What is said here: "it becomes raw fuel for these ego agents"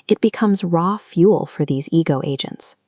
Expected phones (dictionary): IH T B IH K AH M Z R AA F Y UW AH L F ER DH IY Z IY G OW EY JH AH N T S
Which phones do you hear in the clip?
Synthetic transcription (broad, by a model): IH T B IH K AH M Z R AA F Y UW L F ER DH IY Z IY G OW EY JH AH N T S